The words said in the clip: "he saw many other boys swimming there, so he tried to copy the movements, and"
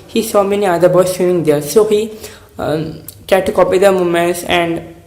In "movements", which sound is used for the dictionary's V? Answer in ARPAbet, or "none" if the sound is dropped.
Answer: none